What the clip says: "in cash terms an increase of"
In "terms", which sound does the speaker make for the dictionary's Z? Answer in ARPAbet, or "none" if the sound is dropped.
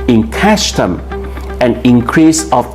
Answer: none